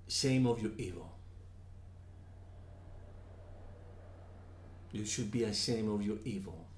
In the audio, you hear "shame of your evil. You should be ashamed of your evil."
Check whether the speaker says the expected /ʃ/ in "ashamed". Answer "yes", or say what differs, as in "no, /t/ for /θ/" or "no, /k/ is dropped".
no, /s/ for /ʃ/